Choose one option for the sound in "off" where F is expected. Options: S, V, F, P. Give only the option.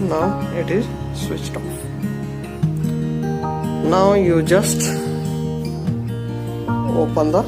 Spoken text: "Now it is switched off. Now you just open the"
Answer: P